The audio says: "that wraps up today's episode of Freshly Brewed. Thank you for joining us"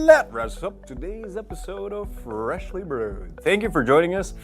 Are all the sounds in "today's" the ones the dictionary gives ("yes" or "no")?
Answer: yes